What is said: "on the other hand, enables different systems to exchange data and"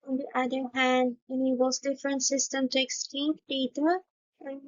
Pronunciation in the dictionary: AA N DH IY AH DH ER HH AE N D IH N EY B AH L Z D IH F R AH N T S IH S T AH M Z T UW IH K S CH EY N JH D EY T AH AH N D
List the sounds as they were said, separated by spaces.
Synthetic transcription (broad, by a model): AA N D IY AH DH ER HH AE N D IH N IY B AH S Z D IH F R AH N T S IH S T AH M T UW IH K S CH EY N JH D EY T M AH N